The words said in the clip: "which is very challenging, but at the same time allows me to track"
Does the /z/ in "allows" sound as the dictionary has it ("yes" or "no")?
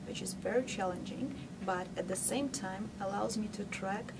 yes